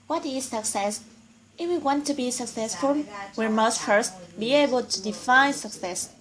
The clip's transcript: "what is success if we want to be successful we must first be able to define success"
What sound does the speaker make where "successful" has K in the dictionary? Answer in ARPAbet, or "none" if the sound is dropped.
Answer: K